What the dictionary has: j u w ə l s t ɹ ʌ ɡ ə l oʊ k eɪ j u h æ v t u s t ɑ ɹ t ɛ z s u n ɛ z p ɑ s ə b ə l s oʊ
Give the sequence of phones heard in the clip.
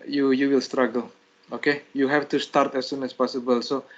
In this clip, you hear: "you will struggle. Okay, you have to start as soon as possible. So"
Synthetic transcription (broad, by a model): j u w ə l s t ɹ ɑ ɡ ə l oʊ k eɪ j u h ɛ f t u s t ɑ ɹ t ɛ s u n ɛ s p ɑ s ə b ə l s oʊ